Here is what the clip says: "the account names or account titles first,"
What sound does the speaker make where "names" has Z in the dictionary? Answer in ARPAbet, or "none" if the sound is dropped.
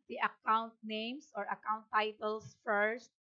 S